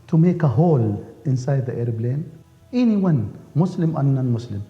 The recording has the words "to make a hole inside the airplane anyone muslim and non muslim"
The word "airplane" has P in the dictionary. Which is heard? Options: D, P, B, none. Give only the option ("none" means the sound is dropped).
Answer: B